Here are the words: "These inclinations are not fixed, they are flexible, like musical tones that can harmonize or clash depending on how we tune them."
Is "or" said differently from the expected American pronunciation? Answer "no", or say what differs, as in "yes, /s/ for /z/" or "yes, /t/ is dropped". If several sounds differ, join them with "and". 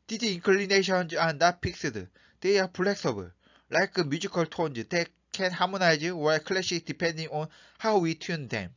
yes, /w/ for /ɹ/